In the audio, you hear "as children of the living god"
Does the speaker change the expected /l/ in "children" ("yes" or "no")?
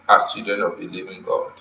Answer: yes